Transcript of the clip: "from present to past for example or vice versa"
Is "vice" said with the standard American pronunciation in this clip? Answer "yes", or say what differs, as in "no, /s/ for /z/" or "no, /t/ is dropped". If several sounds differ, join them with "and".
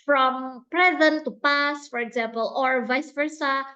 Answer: yes